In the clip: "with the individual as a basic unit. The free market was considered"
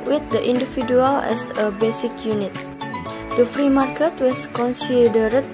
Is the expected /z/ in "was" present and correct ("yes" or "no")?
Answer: no